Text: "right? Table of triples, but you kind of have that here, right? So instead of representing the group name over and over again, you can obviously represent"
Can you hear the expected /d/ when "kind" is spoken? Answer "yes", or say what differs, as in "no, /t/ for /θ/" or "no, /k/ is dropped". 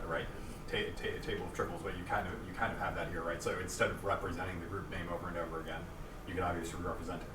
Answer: yes